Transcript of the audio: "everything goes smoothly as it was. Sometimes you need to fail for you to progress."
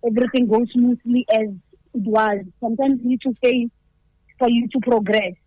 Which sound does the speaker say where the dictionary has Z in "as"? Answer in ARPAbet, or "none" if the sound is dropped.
Z